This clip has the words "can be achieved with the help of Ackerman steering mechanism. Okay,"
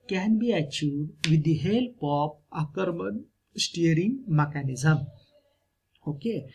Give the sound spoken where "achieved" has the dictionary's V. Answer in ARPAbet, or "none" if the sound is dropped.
none